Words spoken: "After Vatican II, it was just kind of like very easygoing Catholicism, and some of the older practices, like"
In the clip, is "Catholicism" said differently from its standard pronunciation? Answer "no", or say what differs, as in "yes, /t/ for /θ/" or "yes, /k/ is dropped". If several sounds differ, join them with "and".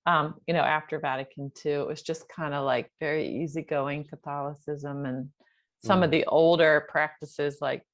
no